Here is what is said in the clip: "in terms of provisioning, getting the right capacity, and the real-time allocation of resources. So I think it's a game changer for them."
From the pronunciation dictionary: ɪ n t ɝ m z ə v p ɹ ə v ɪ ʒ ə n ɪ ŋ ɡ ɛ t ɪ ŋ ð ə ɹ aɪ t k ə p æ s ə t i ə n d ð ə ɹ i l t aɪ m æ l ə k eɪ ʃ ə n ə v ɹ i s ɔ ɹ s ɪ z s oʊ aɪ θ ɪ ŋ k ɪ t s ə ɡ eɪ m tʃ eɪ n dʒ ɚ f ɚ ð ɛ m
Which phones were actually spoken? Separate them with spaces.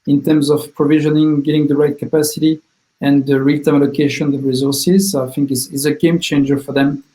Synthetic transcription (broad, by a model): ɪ n t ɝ m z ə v p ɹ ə v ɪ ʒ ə n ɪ ŋ ɡ ɛ t ɪ ŋ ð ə ɹ aɪ t k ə p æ s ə t i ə n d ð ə ɹ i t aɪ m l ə k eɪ ʃ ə n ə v ɹ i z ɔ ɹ s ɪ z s aɪ θ ɪ ŋ k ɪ s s ə ɡ eɪ m tʃ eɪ n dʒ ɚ f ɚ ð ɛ m